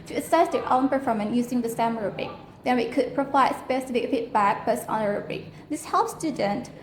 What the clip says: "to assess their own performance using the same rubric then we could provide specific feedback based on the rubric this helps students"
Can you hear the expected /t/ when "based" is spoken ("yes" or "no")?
no